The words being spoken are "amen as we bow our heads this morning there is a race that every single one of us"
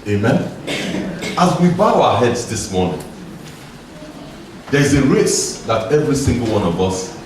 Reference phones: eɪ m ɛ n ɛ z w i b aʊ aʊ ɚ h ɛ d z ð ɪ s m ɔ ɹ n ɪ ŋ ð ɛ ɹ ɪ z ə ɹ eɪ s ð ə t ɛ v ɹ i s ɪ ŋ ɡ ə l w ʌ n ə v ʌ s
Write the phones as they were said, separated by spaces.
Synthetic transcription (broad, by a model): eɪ m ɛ n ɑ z w i b aʊ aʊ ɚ h ɛ d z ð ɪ s m ɔ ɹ n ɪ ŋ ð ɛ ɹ ɪ z ə ɹ eɪ s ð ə t ɛ v ɹ i s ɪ ŋ ɡ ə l w ʌ n ə v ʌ s